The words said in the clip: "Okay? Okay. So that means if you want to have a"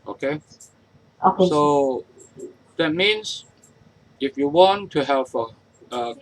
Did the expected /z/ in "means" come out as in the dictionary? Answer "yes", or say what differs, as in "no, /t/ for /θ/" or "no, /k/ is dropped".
no, /s/ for /z/